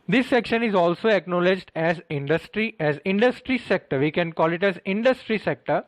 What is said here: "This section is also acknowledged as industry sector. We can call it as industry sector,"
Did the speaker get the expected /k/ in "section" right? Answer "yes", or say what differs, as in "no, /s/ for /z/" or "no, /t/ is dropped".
yes